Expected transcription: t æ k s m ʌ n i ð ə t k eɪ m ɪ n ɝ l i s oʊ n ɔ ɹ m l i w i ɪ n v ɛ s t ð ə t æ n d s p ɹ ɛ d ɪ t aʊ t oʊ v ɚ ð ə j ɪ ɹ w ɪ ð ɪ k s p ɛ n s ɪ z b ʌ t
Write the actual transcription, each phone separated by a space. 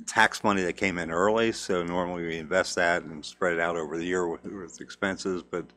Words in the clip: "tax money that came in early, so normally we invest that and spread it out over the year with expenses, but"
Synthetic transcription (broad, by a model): t æ k s m ʌ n i ð ə t k eɪ m ɪ n ɝ l i s oʊ n ɔ ɹ m l i w i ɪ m v ɛ s t ð ə t n s p ɹ ɛ d ɪ t aʊ t oʊ v ɚ ð ə j ɪ ɹ w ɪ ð ɪ k s p ɛ n s ɪ z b ʌ t